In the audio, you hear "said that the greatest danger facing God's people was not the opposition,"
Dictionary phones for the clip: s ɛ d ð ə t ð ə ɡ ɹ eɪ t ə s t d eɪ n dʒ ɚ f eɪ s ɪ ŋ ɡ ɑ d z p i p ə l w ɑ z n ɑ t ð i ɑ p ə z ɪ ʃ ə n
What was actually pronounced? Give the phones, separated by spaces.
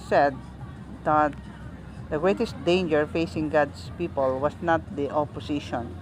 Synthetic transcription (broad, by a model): s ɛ d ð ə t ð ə ɡ ɹ eɪ t ə s t d eɪ n dʒ ɚ f eɪ s ɪ ŋ ɡ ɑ d s p i p ə l w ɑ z n ɑ t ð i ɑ p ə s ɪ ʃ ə n